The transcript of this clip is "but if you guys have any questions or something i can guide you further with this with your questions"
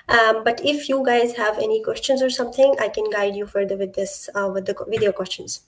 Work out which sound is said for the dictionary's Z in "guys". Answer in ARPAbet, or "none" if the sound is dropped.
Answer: Z